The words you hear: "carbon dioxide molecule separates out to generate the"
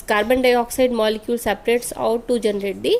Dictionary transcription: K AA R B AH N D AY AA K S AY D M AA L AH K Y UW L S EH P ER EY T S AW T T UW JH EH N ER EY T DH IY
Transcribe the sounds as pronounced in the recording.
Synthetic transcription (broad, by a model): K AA R B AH N D AY AA K S AY D M AA L AH K Y UW L S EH P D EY T S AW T T UW JH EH N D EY T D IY